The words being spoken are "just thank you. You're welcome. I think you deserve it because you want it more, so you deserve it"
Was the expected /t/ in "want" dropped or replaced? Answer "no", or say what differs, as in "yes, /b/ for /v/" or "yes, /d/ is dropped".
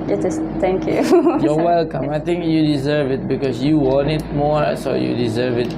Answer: yes, /t/ is dropped